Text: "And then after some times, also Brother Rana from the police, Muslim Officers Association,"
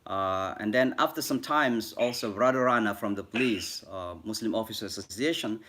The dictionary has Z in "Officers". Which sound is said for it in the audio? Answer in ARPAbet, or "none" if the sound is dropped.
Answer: none